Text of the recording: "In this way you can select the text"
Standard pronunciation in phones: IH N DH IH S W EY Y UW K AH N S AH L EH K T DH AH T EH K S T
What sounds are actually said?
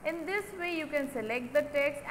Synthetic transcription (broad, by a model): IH N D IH S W EY Y UW K AH N S AH L EH K T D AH T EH K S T